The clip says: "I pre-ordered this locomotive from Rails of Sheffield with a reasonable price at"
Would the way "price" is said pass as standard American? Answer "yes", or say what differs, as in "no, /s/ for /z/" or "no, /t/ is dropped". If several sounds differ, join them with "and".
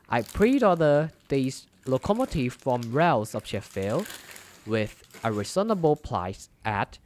no, /l/ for /ɹ/